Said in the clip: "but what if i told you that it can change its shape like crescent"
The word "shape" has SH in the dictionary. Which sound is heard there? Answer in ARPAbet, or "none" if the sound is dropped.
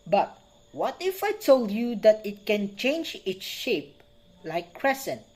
SH